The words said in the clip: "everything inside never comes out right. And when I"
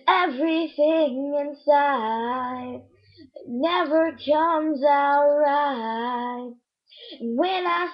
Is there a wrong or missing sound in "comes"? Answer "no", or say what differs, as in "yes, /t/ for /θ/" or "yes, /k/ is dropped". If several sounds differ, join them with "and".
no